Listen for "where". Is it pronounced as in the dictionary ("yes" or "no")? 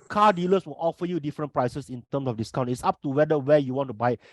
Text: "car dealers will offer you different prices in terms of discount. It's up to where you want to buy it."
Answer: no